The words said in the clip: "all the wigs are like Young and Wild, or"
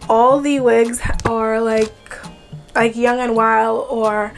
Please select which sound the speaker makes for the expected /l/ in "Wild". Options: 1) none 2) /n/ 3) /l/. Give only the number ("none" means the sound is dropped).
3